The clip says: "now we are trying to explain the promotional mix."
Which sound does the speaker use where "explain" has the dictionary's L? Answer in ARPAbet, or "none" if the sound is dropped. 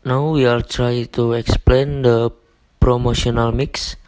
L